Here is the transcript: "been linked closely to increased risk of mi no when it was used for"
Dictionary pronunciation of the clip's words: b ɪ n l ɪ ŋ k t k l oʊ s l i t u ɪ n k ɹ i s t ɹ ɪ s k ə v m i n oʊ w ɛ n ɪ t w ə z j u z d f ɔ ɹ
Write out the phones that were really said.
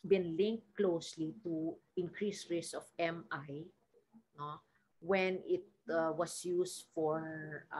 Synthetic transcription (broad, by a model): b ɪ n l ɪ ŋ k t k l oʊ s l i t u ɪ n k ɹ i s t ɹ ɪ s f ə m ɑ n oʊ w ɛ n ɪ t w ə s j u s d f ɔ ɹ